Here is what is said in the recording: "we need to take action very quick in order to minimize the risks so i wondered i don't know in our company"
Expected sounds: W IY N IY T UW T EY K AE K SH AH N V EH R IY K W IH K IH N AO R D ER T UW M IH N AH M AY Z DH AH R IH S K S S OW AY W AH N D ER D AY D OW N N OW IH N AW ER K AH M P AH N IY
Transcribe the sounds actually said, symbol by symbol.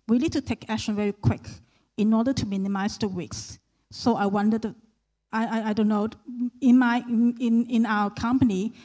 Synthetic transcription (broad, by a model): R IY L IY T UW T EY K AE K SH AH N V EH R IY K W IH K IH N AO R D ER T UW M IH N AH M AY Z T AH W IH K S S OW AY W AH N D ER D AY D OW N N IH IH N AW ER K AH M P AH N IY